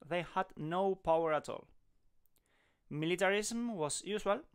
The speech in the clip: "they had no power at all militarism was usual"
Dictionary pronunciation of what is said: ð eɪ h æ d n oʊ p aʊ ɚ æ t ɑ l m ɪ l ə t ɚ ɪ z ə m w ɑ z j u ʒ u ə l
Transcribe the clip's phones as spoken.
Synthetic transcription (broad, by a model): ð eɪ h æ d n oʊ p aʊ ɚ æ t ɑ l m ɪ l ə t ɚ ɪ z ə m w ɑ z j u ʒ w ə l